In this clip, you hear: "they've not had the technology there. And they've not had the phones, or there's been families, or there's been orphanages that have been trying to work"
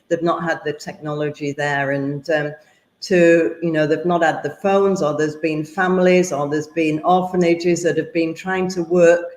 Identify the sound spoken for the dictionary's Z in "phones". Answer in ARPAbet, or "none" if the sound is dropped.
Z